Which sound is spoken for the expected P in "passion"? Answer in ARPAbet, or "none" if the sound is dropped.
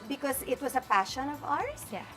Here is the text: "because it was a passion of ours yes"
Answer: P